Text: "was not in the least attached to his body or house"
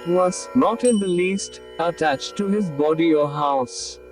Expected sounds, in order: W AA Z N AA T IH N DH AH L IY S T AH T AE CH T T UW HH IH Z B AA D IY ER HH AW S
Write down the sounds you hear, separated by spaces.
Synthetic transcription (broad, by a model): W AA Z N AA T IH N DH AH L IY S T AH T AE CH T T UW HH IH Z B AA D IY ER HH AW S